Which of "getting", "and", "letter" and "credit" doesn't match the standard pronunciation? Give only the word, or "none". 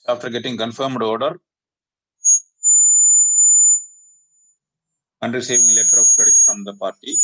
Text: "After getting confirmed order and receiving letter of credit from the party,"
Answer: credit